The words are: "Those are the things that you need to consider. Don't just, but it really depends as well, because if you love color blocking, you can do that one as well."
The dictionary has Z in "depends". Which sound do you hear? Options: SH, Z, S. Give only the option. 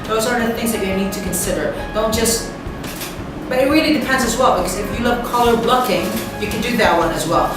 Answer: Z